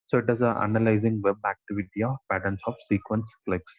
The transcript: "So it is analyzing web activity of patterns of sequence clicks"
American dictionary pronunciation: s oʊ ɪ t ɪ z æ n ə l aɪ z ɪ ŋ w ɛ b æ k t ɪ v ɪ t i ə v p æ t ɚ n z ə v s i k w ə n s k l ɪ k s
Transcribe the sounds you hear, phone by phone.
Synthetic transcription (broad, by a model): s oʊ ɪ t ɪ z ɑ n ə l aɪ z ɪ ŋ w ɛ b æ k t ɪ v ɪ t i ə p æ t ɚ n s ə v s i k w ə n s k l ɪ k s